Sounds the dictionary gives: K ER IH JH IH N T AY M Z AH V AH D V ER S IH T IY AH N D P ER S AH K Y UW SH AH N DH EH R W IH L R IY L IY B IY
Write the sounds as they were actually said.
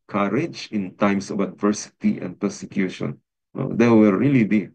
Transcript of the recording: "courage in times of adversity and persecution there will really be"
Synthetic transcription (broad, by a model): K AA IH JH IH N T AY M S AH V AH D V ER S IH T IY AH N D P ER S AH K Y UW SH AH N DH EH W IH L R IY L IY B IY